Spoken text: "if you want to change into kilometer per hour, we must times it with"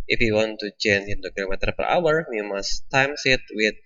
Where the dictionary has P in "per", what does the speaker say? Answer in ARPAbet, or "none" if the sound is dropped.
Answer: P